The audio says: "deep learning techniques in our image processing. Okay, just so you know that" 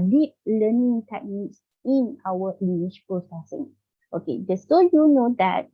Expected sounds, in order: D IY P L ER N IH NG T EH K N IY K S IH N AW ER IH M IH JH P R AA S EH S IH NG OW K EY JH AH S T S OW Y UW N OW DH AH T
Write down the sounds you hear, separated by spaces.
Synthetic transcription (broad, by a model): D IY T L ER N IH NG T EH K N IY K S IH N AW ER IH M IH SH P R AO S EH S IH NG OW K EY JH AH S S OW Y UW N OW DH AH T